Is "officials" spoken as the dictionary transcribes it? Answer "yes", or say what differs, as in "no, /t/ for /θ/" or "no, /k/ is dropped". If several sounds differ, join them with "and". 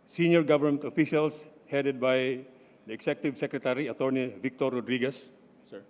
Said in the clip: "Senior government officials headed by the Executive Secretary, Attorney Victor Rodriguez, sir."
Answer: no, /s/ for /z/